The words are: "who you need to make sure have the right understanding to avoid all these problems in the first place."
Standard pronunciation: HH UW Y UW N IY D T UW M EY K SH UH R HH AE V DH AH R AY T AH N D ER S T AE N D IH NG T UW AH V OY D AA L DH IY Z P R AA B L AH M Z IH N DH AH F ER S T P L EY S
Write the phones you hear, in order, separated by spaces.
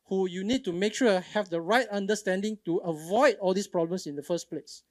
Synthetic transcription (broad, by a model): HH UW Y UW N IY D T UW M EY K SH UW HH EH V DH AH R AY T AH N D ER S T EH N D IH NG T UW AH V OY D AA L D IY S P R AA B L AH M S IH N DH AH F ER S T P L EY S